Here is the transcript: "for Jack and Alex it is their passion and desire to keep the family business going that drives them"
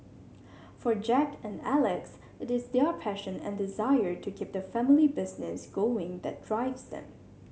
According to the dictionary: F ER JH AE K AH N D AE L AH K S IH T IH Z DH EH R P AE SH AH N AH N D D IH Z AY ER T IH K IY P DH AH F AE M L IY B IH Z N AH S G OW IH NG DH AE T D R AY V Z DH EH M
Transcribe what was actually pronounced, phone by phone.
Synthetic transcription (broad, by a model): F ER JH AE K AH N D AE L AH K S IH T IH Z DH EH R P AE SH AH N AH N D D IH Z AY ER T IH K IY P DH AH F AE M L IY B IH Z N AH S G OW IH NG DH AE T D R AY V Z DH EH M